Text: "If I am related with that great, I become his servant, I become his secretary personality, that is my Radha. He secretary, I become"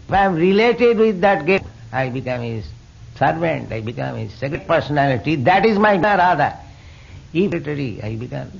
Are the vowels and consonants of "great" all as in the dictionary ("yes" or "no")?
no